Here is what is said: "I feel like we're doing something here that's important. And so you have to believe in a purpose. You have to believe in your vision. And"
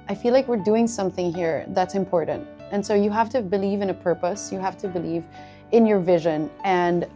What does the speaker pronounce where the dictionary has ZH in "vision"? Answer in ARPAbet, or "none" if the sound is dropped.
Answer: ZH